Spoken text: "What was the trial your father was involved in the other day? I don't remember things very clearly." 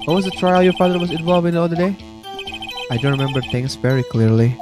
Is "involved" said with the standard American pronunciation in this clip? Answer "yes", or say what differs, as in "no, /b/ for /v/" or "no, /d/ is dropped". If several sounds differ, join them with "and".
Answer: no, /d/ is dropped